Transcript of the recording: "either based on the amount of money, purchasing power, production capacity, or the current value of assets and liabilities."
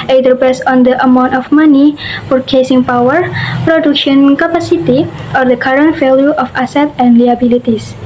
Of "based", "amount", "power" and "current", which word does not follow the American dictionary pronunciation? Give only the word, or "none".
based